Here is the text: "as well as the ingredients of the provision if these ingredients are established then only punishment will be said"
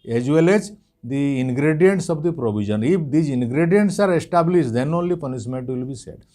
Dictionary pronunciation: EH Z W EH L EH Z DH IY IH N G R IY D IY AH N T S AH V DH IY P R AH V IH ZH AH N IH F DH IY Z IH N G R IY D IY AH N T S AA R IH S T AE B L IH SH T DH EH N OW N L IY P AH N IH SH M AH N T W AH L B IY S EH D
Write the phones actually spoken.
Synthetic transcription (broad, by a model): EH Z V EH L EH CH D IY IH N G R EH D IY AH N T S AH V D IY P R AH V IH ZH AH N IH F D IY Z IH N G R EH D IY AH N T S AA R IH S T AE B L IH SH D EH N OW N L IY P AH N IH S M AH N T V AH L B IY S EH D